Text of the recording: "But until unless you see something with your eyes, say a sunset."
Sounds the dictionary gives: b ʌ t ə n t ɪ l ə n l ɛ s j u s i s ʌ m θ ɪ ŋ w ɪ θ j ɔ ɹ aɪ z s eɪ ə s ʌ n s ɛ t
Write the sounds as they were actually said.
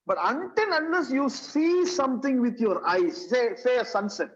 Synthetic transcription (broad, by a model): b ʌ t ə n t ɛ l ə n ʌ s j u s i s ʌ m t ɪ ŋ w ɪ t j ɔ ɹ aɪ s s eɪ ə s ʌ n s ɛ t